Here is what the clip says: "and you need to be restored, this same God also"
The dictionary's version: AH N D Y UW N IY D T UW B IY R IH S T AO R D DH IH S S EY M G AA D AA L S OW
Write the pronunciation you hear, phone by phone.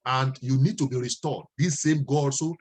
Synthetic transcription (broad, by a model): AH N D Y UW N IY D T UW B IY R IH S T AO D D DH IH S S EY M G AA AA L S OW